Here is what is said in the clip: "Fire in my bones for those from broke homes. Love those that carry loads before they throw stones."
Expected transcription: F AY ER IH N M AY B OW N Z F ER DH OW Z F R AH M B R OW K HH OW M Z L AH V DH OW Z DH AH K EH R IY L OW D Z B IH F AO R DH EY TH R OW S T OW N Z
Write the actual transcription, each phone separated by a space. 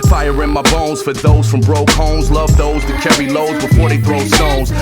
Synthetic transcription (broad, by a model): F AY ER IH N M AY B OW N Z F ER DH OW Z F R AH M B R OW K HH OW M Z L AH V DH OW Z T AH K EH R IY L OW D Z B IH F AO R DH EY TH R OW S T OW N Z